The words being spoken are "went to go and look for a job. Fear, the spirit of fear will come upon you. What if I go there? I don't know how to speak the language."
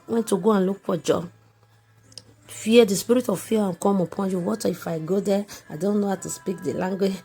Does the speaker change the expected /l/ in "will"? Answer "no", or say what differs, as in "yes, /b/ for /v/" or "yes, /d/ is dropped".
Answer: yes, /n/ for /l/